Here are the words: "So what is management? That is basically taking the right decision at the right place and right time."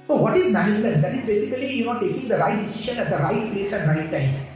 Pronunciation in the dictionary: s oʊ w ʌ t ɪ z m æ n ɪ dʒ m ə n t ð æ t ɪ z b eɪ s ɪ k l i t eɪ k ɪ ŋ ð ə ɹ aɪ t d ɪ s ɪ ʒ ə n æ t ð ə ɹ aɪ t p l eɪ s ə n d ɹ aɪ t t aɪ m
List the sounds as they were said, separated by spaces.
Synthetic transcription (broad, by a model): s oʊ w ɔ t ɪ z m æ n ɪ dʒ m ə n t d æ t ɪ z b eɪ s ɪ k l i t eɪ k ɪ ŋ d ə ɹ aɪ t d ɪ s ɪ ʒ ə n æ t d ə ɹ aɪ t p l eɪ s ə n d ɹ aɪ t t aɪ m